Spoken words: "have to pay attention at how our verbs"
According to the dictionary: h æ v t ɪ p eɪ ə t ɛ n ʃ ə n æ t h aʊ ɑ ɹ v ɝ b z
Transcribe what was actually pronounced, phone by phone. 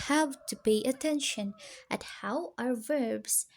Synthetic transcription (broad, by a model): h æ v t ɪ b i ə t ɛ n ʃ ə n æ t h aʊ ɑ ɹ v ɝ b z